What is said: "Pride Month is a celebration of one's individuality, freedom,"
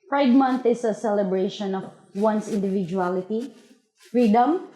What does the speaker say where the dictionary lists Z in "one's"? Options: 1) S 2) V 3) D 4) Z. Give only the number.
1